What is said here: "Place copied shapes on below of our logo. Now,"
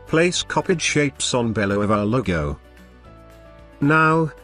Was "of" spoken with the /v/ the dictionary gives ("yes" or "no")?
yes